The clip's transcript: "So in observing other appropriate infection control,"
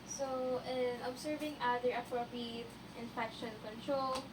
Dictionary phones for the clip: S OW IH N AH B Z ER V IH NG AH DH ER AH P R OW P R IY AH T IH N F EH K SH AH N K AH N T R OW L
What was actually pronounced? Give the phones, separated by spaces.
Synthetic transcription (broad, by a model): S OW IH N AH B S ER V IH NG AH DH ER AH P R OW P R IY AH T IH N F EH K SH AH N K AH N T R OW L